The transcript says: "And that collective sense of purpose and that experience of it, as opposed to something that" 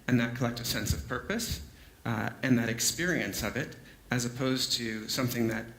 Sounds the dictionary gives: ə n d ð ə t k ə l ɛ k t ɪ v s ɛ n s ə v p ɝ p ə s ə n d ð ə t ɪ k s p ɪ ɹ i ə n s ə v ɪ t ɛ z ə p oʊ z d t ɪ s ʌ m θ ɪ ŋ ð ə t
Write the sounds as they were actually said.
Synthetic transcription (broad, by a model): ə n ð ə t k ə l ɛ k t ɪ s ɛ n s ə v p ɝ p ə s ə n ð ə t ɪ k s p ɪ ɹ i ə n s ə v ɪ t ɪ z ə p oʊ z t ɪ s ʌ m θ ɪ ŋ ð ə t